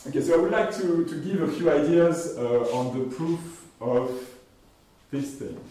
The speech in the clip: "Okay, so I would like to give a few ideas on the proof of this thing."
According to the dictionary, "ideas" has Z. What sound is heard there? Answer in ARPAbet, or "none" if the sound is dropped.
Z